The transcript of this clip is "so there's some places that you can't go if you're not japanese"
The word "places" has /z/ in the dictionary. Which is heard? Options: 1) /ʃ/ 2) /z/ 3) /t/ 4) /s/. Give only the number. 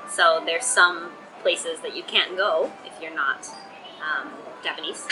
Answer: 2